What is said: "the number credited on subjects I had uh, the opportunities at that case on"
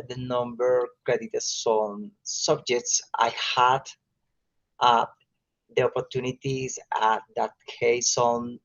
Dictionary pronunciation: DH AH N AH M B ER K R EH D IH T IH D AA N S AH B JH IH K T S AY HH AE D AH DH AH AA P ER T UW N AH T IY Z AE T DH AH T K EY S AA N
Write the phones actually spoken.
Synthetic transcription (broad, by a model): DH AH N AH M B ER K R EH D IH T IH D AA N S AH B JH IH K T S AY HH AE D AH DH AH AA P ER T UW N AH T IY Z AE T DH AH T K EY S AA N